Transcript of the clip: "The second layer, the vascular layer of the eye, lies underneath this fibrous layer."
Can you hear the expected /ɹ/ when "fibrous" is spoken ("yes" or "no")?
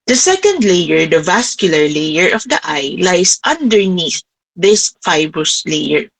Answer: yes